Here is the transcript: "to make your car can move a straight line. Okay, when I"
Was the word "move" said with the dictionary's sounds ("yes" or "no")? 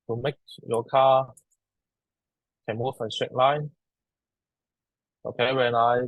no